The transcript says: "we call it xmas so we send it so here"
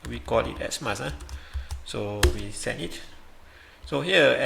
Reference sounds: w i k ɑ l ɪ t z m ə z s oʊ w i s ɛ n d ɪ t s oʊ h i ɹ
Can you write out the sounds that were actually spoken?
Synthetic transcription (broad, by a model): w i k ɑ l ɪ t s m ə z s oʊ w i s ɛ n ɪ t s oʊ h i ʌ